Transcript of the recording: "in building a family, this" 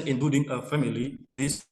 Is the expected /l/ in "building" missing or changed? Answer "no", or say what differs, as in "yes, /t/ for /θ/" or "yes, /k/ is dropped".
yes, /l/ is dropped